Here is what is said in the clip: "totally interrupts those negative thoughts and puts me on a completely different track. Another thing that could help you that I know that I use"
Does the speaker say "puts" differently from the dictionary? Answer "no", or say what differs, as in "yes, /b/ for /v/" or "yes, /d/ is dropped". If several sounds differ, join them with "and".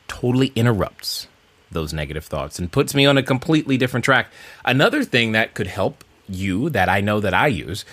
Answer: no